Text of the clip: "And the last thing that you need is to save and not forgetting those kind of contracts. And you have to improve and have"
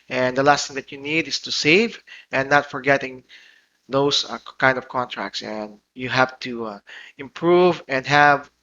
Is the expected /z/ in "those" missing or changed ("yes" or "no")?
yes